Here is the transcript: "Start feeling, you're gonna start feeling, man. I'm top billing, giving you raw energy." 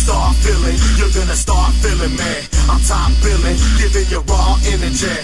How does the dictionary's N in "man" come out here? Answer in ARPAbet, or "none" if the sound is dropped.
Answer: none